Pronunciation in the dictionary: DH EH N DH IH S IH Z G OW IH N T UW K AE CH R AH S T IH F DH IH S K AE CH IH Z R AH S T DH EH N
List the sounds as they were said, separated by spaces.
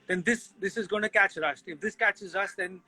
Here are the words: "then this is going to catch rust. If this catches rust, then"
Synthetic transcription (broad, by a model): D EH N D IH S IH Z G OW IH N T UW K AE CH R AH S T IH F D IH S K AE CH IH Z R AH S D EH N